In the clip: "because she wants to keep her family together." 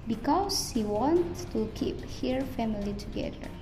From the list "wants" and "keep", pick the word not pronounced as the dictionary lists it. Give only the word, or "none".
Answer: wants